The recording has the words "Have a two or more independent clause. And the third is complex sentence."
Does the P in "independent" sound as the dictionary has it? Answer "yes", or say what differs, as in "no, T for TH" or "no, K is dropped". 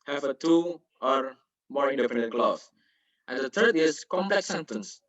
no, F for P